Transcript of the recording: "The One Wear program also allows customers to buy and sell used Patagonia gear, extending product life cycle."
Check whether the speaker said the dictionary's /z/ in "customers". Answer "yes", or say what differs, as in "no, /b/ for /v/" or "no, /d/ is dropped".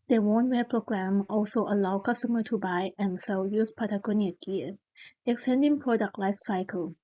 no, /z/ is dropped